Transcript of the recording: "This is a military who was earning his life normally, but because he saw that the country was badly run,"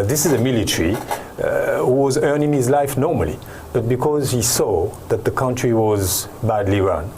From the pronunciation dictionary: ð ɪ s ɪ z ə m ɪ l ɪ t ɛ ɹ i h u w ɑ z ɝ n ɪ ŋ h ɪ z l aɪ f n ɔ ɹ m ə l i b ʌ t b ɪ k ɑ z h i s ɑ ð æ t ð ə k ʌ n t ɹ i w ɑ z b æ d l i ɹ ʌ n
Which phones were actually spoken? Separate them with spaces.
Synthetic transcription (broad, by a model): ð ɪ s ɪ z ə m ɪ l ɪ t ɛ ɹ i h u w ɑ z ɝ n ɪ ŋ h ɪ z l aɪ f n ɔ ɹ m ə l i b ʌ t b ɪ k ɑ z h i s ɑ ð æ t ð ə k ʌ n t ɹ i w ɑ z b æ d l i ɹ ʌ n